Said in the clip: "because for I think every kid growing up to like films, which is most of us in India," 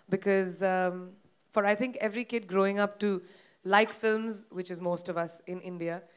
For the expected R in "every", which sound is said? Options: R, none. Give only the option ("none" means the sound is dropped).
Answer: R